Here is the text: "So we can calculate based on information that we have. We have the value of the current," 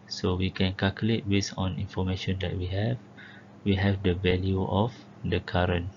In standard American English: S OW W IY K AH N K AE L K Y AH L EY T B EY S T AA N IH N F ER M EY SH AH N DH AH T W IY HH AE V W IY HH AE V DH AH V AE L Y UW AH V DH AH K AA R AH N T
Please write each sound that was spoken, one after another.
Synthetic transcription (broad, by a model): S OW W IY K AH N K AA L K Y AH L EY T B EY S AA N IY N F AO M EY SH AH N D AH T W IY HH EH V W IY HH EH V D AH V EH L Y UW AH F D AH K AA R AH N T